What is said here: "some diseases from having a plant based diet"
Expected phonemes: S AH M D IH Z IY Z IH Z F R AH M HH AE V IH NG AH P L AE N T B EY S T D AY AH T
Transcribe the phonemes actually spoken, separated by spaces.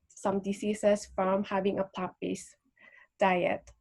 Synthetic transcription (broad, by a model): S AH M D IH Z IY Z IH S F R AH M HH AE V IH NG AH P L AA T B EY S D AY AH T